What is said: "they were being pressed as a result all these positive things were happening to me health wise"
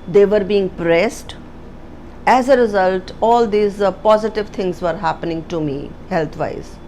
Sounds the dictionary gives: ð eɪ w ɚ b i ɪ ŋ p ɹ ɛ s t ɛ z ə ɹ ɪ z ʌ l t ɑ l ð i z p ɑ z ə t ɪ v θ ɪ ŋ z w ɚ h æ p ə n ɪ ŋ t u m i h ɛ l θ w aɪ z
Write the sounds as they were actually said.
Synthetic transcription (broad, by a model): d eɪ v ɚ b i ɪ ŋ p ɹ ɛ s t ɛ z ə ɹ ɪ z ʌ l t ɑ l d i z p ɑ z ə t ɪ v t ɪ ŋ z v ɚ h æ p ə n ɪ ŋ t u m i h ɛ l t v aɪ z